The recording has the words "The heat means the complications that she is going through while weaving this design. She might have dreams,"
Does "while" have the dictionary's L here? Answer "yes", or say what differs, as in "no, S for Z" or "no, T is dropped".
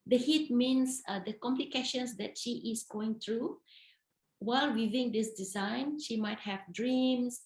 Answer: yes